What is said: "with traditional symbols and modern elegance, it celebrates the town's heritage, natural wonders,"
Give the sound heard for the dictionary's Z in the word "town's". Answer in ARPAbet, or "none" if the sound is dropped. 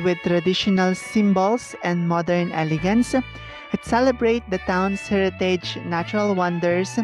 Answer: S